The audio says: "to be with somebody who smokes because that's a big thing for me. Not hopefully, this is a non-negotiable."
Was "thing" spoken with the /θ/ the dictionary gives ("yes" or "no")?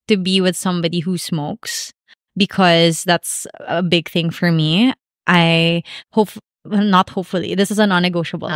yes